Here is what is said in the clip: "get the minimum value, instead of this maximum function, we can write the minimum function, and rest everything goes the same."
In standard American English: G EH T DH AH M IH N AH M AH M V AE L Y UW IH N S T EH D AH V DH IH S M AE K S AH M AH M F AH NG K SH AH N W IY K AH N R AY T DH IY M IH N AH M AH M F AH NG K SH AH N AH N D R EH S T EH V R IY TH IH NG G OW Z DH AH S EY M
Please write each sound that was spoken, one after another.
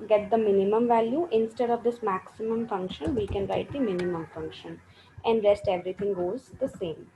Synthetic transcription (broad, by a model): G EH T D AH M IH N AH M AH M V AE L Y UW IH N S T EH D AH V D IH S M AE K S AH M AH M F AH NG K SH AH N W IY K AH N R AY T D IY M IH N AH M AH M F AH NG K SH AH N AH N D R EH S T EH V R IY T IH NG G OW Z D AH S EY M